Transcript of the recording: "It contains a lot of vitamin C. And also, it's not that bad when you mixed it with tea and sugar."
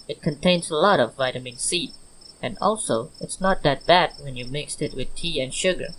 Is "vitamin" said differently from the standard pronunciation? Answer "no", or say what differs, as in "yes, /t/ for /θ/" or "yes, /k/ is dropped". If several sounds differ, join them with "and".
no